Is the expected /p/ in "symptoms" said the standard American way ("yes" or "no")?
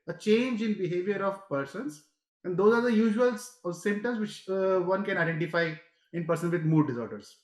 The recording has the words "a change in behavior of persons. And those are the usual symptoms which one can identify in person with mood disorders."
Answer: no